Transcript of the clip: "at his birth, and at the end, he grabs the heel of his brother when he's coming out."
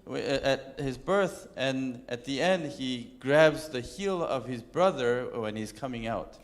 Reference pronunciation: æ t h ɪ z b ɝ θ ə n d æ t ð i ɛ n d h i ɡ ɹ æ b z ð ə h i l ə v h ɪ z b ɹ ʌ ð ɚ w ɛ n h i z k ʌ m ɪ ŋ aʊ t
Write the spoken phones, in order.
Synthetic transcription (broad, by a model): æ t h ɪ z b ɝ θ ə n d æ t ð i ɛ n d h i ɡ ɹ æ b z ð ə h i l ə v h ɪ z b ɹ ʌ ð ɚ w ɛ n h i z k ʌ m ɪ ŋ aʊ t